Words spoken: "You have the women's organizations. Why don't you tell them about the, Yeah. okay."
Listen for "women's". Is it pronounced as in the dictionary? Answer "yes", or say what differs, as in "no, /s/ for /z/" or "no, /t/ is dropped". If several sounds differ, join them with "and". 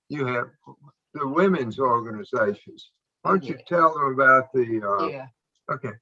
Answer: yes